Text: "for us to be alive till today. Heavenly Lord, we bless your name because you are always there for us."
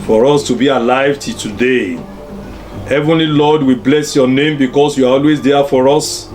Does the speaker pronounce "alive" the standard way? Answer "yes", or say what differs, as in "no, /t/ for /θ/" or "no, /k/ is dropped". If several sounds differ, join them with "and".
yes